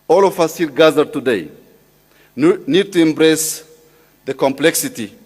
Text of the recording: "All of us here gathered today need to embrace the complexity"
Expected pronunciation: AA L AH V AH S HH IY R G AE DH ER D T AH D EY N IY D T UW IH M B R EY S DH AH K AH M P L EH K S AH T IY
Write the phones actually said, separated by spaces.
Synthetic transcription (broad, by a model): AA L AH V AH S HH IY L G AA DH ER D T AH D EY N IY D T UW IH M B R EY S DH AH K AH M P L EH K S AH T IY